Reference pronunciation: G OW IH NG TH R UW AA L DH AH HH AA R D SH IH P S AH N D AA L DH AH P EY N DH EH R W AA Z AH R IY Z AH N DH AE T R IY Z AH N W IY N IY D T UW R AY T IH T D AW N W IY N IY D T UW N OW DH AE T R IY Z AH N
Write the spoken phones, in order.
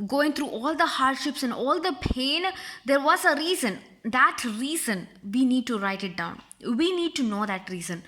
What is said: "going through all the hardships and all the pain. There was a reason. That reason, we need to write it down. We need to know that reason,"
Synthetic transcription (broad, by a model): G OW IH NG T R UW AA L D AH HH AA R D SH IH P S AH N D AA L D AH P EY N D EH R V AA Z AH R IY Z AH N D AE T R IY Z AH N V IY N IY D T UW R AY T IH T D AW N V IY N IY D T UW N OW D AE T R IY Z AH N